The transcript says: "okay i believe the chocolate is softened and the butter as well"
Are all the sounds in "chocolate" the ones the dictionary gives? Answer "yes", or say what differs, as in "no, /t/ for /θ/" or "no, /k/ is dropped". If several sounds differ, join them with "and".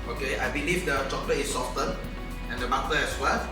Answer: no, /t/ is dropped